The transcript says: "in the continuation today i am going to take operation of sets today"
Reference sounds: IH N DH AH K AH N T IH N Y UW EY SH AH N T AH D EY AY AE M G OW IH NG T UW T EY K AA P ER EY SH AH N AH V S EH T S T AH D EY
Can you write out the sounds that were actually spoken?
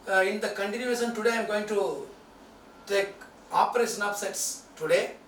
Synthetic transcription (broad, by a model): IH N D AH K AH N T IH N Y UW EY SH AH N T AH D EY AY M G OW IH NG T UW T EY K AA P ER EY SH AH N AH P S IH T S T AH D EY